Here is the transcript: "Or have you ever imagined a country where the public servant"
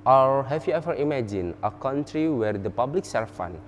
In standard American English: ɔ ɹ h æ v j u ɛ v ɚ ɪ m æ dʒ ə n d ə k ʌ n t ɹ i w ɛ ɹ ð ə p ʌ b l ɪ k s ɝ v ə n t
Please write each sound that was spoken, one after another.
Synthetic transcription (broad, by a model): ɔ ɹ h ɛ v j u ɛ v ɚ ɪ m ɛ dʒ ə n ə k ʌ n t ɹ i w ɛ ɹ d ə p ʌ b l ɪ k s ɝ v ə n